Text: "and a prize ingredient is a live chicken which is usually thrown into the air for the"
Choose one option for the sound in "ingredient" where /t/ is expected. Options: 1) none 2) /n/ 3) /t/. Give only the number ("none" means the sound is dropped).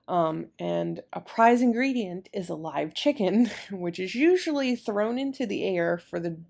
3